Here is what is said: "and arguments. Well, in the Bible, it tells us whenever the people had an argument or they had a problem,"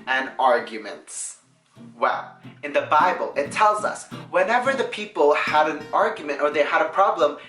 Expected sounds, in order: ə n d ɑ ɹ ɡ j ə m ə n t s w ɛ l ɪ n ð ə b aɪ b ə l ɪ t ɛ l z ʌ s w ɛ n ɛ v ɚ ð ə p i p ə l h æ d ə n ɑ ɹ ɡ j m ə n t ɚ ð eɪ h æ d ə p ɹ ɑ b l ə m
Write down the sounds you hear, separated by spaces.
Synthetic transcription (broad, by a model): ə n ɑ ɹ ɡ j ə m ə n t s w ɛ l ɪ n ð ə b aɪ b ə l ɪ t ɛ l z ʌ s w ɛ n ɛ v ɚ ð ə p i p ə l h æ d ə n ɑ ɹ ɡ j m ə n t ɚ ð eɪ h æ d ə p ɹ ɑ b l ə m